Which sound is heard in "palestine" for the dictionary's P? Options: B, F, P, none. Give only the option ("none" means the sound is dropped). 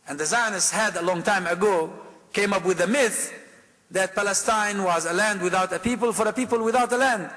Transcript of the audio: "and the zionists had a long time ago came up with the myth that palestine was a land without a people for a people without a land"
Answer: P